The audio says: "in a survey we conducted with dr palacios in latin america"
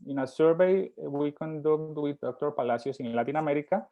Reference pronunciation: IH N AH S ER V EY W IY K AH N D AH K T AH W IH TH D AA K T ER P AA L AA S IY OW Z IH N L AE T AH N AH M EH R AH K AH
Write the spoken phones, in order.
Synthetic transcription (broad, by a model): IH N AH S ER B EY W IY K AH N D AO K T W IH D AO K T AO P AA L AA S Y OW S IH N L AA T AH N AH M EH R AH K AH